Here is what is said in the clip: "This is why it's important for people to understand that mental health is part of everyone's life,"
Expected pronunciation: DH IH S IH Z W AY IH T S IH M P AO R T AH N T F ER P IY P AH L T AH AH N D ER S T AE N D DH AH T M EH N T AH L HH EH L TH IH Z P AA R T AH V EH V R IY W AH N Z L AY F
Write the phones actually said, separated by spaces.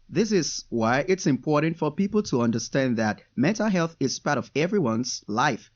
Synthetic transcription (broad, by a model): DH IH S IH Z W AY IH T S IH M P AO R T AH N T F ER P IY P L T AH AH N D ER S T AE N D DH AH T M EH N T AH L HH EH L TH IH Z P AA R T AH V EH V R IY W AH N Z L AY F